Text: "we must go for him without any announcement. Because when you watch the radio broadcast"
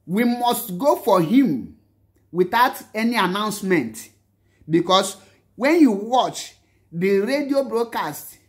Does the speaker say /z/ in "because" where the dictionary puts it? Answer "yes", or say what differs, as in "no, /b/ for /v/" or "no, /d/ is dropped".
no, /s/ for /z/